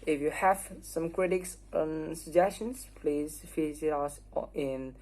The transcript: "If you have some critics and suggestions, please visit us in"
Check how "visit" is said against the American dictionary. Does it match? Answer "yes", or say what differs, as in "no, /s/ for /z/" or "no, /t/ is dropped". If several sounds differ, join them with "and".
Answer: no, /f/ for /v/